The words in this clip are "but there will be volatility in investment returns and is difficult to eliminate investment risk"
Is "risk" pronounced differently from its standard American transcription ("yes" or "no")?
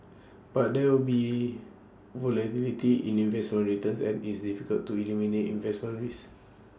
yes